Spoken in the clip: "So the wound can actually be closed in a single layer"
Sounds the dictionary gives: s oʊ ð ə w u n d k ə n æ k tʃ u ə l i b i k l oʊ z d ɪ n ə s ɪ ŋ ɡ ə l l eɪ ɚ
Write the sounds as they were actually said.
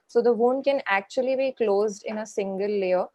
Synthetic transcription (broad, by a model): s oʊ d ə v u n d k ə n æ k tʃ u ə l i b i k l oʊ z d ɪ n ə s ɪ ŋ ɡ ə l l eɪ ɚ